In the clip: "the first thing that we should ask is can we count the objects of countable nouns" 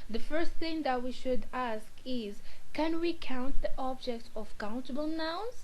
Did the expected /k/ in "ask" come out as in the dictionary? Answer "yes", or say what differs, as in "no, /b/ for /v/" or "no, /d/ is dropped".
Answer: yes